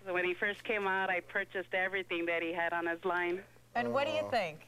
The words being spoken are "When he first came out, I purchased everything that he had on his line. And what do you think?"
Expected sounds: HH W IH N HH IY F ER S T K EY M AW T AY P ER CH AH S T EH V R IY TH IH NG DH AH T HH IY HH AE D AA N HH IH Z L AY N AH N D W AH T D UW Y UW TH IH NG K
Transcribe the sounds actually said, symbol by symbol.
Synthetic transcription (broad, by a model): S W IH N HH IY F ER S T K EY M AW T AY P ER CH AH S T EH V R IY TH IH NG DH AH T HH IY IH D N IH Z L AY N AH N W AH T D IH Y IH TH IH NG K